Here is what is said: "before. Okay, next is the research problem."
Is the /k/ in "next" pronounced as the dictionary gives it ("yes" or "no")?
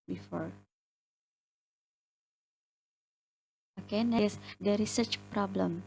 no